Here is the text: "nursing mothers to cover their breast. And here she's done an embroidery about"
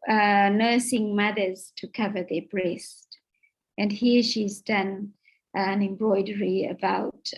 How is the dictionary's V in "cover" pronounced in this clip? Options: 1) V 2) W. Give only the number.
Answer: 1